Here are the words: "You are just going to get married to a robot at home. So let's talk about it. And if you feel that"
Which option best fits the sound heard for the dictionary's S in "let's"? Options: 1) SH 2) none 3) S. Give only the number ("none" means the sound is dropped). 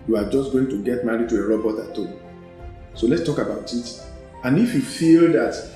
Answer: 3